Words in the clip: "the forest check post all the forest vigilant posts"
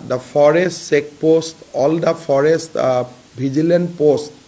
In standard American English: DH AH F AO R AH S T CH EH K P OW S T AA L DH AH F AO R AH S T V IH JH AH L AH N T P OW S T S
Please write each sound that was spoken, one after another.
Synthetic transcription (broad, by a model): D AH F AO R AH S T S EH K P OW S T AA L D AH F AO R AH S T B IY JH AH L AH N P OW S T